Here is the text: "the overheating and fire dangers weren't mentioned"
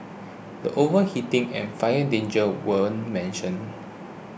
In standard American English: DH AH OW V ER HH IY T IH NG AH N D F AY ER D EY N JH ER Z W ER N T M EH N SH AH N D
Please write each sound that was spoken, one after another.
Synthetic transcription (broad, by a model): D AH OW V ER HH IY T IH NG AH N F AY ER D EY N JH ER W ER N M EH N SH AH N